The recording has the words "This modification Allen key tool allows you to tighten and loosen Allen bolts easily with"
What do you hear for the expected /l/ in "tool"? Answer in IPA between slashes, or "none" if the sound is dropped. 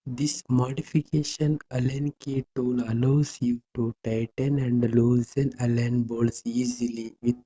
/n/